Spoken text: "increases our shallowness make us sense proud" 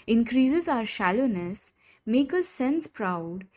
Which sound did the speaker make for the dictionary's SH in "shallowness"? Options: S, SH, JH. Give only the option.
SH